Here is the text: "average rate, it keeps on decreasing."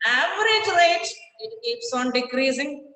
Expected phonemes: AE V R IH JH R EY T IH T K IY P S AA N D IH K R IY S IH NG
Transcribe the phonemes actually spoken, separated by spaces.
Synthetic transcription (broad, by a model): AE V R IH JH L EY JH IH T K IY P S AA N D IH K R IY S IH NG